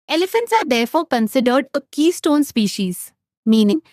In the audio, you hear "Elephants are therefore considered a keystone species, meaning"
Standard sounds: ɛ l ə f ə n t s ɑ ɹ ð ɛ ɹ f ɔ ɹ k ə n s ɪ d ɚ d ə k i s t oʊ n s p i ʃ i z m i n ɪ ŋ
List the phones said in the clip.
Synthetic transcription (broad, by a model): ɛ l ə f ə n t s ɑ ɹ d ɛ ɹ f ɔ ɹ k ə n s ɪ d ɚ d ə k i s t oʊ n s p i ʃ i z m i n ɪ ŋ